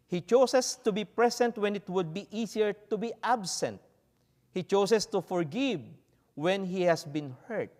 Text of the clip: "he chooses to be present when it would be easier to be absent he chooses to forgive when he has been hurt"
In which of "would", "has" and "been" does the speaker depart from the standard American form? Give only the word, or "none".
has